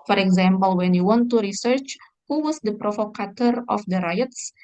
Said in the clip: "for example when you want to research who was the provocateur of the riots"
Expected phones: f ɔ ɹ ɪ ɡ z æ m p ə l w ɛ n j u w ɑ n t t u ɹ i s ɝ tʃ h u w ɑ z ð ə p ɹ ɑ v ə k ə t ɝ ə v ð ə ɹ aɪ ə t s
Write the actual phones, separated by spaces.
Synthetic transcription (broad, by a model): f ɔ ɹ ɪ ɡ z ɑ m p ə l w ɛ n j u w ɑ n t t u ɹ i s ɝ tʃ h u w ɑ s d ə p ɹ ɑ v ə k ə t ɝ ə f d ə ɹ aɪ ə t s